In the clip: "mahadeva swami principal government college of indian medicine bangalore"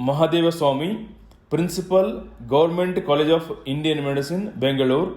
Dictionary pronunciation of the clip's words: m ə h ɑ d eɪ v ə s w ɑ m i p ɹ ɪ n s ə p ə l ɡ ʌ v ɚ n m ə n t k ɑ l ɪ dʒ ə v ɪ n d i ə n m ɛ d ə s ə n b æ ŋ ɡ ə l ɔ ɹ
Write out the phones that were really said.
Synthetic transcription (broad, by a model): m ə h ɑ d eɪ v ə s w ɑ m i p ɹ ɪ n s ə p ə l ɡ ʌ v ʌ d m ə n t k ɑ l ɪ dʒ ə p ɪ n d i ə n m ɛ d ə s ə n b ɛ ŋ ɡ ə l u ɹ